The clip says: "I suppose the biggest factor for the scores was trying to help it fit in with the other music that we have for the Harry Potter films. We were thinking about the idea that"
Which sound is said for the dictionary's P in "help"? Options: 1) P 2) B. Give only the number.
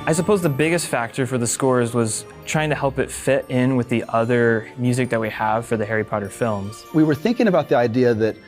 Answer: 1